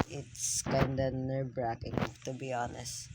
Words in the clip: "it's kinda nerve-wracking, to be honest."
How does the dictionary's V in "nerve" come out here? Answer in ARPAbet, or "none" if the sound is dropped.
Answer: B